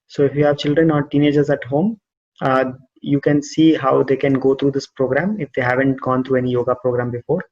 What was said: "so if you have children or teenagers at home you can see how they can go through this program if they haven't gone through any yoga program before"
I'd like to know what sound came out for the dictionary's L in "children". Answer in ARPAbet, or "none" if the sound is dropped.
L